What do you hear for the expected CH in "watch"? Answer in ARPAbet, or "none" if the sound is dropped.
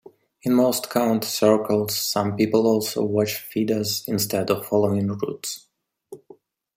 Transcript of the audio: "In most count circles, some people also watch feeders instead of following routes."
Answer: CH